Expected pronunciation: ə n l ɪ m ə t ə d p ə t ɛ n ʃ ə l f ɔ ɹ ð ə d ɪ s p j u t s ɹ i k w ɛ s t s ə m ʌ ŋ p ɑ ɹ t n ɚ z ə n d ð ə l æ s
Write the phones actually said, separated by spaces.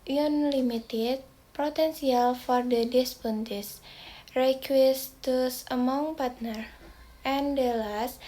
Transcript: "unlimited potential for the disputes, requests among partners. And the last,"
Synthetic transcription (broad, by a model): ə n l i m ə t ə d p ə t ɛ n s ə l f ɔ ɹ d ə d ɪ s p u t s ɹ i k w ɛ s t s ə m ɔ ŋ p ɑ ɹ t n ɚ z ə n d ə l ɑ s